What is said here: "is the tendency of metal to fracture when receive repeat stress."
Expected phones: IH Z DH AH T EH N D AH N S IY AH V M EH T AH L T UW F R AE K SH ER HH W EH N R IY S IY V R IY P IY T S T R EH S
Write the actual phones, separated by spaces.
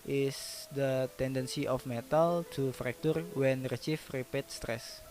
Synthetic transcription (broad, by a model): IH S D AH T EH N D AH N S IY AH F M EH T AH L T UW F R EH K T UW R W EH N R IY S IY F R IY P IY T S T R EH S